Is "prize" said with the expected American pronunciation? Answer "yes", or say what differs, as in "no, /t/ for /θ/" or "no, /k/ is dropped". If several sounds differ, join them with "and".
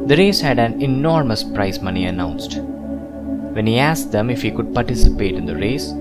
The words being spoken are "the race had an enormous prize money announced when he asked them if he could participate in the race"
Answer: no, /s/ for /z/